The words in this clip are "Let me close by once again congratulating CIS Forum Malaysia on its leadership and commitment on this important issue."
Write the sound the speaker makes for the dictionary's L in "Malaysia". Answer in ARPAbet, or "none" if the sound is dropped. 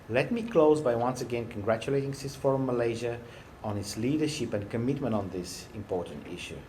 L